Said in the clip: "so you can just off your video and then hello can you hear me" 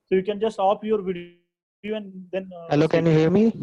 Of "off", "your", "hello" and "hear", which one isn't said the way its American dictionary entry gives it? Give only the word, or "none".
off